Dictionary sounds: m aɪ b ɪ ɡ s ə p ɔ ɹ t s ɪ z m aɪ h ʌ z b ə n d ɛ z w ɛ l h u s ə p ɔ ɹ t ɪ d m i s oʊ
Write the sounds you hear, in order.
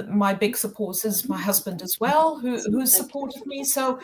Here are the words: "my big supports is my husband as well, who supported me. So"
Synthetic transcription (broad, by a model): m aɪ b ɪ ɡ s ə p ɔ ɹ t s ɪ z m aɪ h ʌ z b ə n d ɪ z w ɛ l h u s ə p ɔ ɹ t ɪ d m i s oʊ